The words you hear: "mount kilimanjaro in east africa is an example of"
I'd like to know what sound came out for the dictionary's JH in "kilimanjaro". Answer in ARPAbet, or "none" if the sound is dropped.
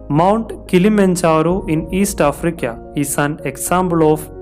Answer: CH